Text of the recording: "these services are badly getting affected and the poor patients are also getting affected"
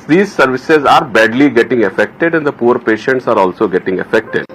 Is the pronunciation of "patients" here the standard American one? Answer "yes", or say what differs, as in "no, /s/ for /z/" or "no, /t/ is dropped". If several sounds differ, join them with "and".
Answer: yes